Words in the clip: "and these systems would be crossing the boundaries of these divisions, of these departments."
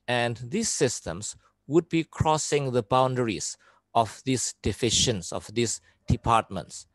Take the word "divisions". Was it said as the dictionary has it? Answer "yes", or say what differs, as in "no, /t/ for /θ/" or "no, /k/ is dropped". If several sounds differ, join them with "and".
no, /f/ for /v/ and /ʃ/ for /ʒ/ and /s/ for /z/